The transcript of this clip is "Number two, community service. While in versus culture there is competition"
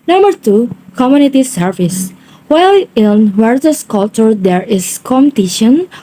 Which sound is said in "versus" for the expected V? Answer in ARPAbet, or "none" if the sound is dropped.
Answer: W